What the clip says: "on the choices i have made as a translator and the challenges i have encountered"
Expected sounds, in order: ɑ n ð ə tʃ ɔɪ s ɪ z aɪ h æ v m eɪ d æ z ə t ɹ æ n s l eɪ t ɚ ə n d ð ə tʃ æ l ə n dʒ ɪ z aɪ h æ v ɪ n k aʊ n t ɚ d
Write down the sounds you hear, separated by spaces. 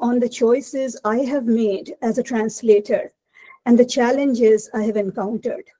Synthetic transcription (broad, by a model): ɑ n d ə tʃ ɔɪ s ɪ z aɪ h æ v m eɪ d æ z ə t ɹ æ n s l eɪ t ɚ ə n d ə tʃ æ l ə n dʒ ɪ z aɪ h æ v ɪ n k aʊ n t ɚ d